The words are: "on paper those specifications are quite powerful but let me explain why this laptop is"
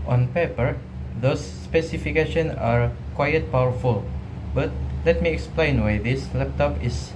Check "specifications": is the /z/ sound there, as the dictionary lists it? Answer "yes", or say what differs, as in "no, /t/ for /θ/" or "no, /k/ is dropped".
no, /z/ is dropped